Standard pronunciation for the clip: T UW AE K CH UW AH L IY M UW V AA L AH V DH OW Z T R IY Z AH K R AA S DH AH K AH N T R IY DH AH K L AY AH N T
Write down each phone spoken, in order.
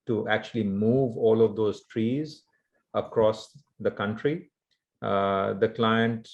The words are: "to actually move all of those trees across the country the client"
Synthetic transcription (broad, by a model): T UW AE K CH UW AH L IY M UW V AA L AH V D OW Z T R IY Z AH K R AA S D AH K AH N T R IY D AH K L AY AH N T